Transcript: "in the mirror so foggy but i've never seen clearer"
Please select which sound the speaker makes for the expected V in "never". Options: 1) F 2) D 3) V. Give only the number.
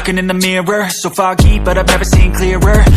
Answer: 3